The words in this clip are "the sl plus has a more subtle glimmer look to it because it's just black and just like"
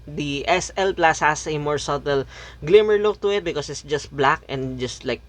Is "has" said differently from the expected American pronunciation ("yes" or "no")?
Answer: yes